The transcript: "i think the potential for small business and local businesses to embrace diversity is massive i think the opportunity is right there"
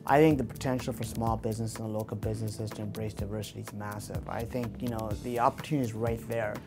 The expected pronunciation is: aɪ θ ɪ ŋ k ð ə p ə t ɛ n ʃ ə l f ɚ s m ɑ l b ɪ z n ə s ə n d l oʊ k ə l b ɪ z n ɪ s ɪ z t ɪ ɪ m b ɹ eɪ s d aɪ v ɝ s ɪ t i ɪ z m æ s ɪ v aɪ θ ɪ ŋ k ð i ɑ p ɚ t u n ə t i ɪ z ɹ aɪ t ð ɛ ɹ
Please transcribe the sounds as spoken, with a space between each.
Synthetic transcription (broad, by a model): aɪ θ ɪ ŋ k ð ə p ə t ɛ n ʃ l f ɚ s m ɑ l b ɪ z n ə s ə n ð l oʊ k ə l b ɪ z n ɪ s ɪ z t ɪ ɪ m b ɹ eɪ s d aɪ v ɝ s ɪ t i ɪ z m æ s ɪ v aɪ θ ɪ ŋ k ð i ɑ p ɚ t u n ə t i z ɹ aɪ t ð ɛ ɹ